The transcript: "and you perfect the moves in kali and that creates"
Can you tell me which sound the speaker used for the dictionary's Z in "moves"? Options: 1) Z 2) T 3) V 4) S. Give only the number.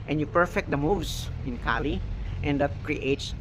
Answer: 4